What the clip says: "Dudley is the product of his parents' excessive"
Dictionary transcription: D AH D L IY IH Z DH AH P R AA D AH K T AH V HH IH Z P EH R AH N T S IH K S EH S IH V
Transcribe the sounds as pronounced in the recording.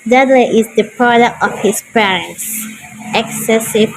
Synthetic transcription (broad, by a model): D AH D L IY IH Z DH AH P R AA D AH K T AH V HH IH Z P EH R AH N T S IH K S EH S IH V